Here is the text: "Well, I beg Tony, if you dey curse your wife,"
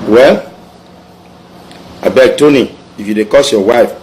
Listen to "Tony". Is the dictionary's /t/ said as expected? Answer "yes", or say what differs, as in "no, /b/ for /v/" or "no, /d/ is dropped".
yes